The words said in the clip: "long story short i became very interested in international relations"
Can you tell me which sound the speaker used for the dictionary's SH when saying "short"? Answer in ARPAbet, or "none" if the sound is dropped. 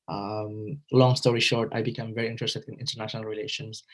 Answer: SH